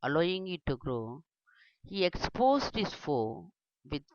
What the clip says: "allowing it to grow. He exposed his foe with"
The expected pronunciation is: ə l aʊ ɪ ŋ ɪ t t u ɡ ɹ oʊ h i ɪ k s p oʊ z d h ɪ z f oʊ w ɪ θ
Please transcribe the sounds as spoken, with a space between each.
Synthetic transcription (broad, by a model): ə l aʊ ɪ ŋ ɪ t t u ɡ ɹ oʊ h i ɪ k s p oʊ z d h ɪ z f oʊ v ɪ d